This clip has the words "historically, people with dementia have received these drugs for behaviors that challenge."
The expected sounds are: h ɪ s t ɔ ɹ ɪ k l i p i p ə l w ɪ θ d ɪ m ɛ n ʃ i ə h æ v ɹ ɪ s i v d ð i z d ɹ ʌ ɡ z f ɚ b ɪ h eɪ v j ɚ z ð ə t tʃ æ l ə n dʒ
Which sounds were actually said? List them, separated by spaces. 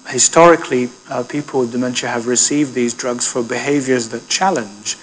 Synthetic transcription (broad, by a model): h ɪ s t ɔ ɹ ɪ k l i p i p ə l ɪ d ɪ m ɛ n ʃ i ə v ɹ ɪ s i v d ð i z d ɹ ʌ ɡ z f ɚ b ɪ h eɪ v j ɚ z ð ə t tʃ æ l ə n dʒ